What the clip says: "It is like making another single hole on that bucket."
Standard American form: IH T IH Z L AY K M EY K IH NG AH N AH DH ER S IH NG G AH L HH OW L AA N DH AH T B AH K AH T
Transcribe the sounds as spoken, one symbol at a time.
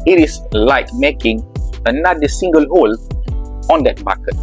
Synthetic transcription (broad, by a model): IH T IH S L AY K M EY K IH NG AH N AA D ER S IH NG G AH L HH OW L AA N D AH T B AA K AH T